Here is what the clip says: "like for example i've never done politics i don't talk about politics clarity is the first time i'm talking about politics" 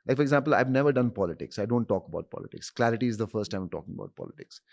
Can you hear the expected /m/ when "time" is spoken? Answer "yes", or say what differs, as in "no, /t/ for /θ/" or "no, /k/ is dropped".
no, /m/ is dropped